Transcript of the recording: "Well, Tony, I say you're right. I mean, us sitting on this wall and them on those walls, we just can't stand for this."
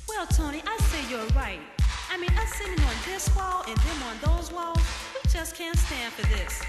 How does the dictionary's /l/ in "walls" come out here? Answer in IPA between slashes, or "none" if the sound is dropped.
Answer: /l/